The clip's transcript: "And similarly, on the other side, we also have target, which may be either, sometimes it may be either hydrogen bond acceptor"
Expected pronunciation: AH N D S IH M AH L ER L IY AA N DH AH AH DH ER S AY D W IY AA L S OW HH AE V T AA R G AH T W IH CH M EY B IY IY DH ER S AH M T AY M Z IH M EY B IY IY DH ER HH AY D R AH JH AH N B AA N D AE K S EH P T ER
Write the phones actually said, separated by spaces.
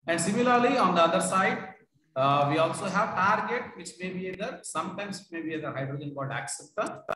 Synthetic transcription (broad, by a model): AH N D S IH M AH L ER L IY AA N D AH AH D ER S AY D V IY AA L S OW HH AE V T AA R G AH T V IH CH M EY B IY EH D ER S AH M T AY M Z IH M EY B IY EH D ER HH AY D R AH JH AH N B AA L D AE K S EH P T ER